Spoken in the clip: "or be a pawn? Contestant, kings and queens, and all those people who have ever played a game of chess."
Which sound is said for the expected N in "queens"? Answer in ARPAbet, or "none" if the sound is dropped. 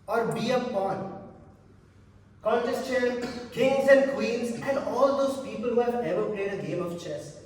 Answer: L